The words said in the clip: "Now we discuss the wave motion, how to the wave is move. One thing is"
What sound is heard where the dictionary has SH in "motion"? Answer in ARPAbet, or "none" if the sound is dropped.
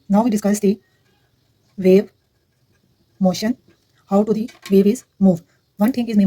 SH